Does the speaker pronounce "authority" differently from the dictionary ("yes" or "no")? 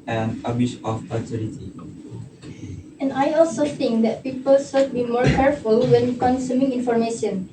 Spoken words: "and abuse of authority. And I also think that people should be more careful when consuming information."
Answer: yes